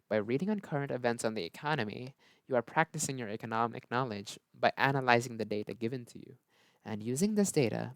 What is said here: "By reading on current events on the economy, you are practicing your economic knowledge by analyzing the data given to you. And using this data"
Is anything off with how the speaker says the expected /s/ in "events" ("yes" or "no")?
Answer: no